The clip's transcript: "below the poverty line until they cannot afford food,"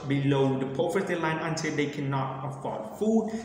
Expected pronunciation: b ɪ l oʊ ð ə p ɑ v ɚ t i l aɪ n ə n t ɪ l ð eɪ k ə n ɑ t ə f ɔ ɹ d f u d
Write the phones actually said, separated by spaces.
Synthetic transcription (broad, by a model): b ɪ l oʊ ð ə p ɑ f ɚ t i l aɪ n ə n t ɪ l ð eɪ k ə n ɑ t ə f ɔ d f u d